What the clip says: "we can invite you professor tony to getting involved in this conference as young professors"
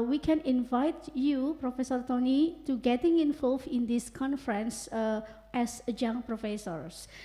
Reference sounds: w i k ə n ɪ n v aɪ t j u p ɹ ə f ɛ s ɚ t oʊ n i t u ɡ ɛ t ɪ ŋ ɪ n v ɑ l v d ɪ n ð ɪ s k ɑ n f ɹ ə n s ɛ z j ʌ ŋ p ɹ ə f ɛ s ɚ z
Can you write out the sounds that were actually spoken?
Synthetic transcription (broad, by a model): w i k ə n ɪ n v aɪ t j u p ɹ ə f ɛ s ɚ t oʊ n i t u ɡ ɛ t ɪ ŋ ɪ n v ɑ l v ɪ n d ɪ s k ɑ n f ɹ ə n s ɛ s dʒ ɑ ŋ p ɹ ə f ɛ s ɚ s